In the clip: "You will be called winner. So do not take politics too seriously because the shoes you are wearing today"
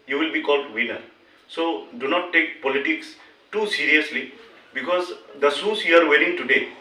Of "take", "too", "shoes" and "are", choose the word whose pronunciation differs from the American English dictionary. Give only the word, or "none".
shoes